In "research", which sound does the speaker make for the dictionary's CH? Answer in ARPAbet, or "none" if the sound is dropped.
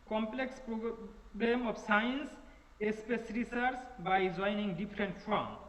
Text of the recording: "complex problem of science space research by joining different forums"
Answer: S